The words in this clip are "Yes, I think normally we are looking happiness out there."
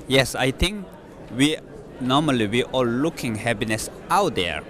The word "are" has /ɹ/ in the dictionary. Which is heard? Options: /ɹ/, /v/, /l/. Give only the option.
/l/